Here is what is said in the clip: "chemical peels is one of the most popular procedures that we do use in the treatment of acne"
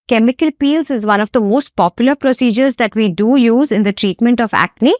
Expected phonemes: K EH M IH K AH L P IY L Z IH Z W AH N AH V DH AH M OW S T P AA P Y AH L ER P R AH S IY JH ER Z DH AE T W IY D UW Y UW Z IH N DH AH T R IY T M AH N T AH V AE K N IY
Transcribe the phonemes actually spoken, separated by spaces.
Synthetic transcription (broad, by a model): K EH M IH K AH L P IY L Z IH Z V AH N AH V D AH M OW S T P AA P Y AH L ER P R AH S IY JH ER Z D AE T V IY D UW Y UW Z IH N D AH T R IY T M AH N T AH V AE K N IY